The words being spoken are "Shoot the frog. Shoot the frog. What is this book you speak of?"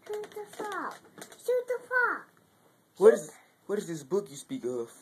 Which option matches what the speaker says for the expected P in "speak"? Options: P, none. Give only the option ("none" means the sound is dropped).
P